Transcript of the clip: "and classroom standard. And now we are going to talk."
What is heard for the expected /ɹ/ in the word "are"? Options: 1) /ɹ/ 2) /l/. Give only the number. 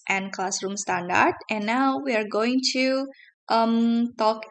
1